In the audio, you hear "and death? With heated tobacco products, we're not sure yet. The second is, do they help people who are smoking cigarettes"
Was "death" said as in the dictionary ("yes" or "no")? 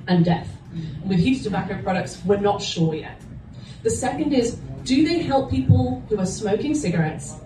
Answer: yes